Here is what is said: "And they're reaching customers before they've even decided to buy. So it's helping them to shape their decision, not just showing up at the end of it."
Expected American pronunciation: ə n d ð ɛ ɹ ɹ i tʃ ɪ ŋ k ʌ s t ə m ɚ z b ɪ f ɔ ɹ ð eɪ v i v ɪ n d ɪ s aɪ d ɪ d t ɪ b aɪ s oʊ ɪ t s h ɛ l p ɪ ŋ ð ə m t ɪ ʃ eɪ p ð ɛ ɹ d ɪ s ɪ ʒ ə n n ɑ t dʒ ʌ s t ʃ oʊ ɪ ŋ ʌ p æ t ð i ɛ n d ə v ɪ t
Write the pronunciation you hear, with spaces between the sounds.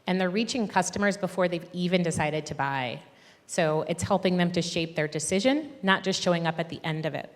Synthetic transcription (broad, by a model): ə n ð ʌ ɹ ɹ i tʃ ɪ ŋ k ʌ s t ə m ɚ z b ɪ f ɔ ɹ ð eɪ v i v ɪ n d ɪ s aɪ d ɪ d t ɪ b aɪ s oʊ ɪ t s h ɛ l p ɪ ŋ ð ə m t ɪ ʃ eɪ p ð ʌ ɹ d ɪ s ɪ ʒ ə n n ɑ t dʒ ʌ s t ʃ oʊ ɪ ŋ ʌ p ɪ t ð i ɛ n d ə v ɪ t